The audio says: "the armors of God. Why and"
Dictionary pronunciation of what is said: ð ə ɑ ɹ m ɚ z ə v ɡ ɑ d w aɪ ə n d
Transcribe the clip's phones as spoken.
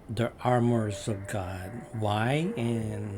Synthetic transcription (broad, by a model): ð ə ɑ ɹ m ɚ z ə v ɡ ɑ d w aɪ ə n